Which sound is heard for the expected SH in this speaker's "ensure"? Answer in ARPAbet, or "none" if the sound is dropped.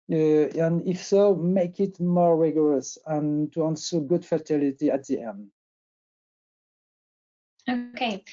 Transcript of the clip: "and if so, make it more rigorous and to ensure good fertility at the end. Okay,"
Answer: S